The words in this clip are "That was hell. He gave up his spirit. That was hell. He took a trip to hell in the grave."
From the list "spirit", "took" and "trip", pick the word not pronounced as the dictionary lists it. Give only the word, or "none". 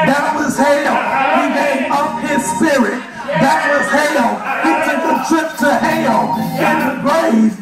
none